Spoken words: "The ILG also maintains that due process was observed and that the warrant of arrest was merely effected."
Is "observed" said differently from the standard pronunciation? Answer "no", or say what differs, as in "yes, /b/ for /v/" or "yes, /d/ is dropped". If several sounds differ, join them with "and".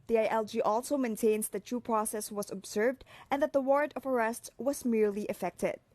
no